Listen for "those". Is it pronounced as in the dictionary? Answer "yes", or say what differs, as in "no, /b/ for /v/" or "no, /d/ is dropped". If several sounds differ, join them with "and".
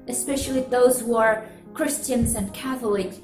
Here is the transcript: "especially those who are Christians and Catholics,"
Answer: yes